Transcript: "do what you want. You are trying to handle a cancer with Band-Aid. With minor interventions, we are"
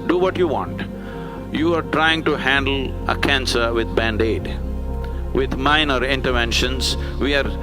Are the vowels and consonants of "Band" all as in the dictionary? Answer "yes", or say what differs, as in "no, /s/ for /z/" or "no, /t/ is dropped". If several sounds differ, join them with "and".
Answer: yes